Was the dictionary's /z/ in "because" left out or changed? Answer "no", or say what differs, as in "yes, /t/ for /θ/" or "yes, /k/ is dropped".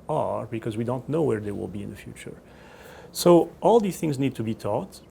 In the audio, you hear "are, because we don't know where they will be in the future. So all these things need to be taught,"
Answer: no